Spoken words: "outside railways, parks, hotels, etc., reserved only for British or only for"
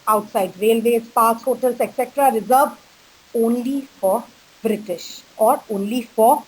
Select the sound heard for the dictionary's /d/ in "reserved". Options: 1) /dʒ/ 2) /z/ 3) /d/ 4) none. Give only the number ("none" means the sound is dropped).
4